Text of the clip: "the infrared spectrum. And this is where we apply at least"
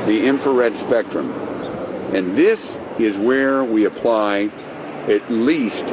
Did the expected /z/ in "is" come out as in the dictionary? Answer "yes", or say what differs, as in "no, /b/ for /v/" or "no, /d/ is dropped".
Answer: yes